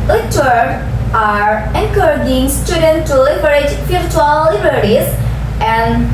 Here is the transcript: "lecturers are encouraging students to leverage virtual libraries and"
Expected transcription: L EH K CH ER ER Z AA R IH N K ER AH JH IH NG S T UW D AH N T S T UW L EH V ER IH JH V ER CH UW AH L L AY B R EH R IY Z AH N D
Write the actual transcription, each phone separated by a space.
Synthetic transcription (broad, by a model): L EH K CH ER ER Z AA R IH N K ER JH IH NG S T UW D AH N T T UW L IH B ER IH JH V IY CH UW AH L L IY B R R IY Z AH N D